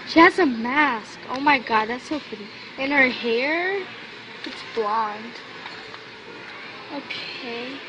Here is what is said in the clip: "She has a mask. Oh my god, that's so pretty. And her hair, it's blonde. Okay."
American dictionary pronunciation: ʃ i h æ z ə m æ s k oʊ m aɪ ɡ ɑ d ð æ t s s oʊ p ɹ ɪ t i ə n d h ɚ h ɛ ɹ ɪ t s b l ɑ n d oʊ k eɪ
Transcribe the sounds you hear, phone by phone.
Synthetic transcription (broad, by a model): ʃ i h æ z ə m æ s k oʊ m aɪ ɡ ɑ d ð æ t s s oʊ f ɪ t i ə n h ɚ h ɛ ɹ ɪ t s b l ɑ n d oʊ k eɪ